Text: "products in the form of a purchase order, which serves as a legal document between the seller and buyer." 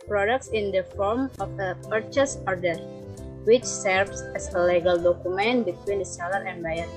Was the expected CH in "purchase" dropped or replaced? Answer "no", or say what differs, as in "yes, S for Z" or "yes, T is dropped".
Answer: no